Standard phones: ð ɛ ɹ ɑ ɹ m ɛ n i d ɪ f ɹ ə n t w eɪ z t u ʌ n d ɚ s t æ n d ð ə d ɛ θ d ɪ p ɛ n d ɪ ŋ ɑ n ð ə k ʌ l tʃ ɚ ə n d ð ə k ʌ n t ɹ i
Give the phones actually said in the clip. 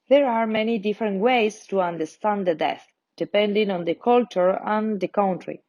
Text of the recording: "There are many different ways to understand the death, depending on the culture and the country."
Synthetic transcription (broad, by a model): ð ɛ ɹ ɑ ɹ m ɛ n i d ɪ f ɹ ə n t w eɪ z t u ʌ n d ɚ s t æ n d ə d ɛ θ d ɪ p ɛ n d ɪ ŋ ɑ n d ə k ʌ l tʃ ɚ ə n d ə k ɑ n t ɹ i